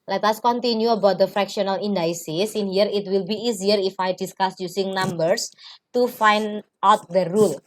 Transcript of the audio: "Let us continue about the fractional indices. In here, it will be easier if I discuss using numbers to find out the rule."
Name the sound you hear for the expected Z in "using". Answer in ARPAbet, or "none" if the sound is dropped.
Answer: S